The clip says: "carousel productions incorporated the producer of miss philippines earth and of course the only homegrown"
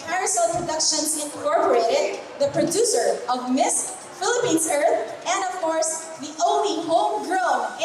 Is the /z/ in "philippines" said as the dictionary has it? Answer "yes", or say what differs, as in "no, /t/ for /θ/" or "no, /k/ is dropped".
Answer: no, /s/ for /z/